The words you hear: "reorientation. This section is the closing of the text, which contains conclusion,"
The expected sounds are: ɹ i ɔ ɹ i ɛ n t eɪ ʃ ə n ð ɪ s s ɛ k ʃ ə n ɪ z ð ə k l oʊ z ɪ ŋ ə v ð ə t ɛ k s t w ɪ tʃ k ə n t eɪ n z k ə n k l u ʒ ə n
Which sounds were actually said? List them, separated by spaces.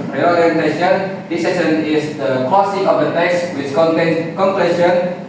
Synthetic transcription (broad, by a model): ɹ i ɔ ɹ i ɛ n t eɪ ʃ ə n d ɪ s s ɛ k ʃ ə n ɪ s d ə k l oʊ s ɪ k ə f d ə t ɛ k s w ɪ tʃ k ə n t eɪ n k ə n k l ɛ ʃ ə n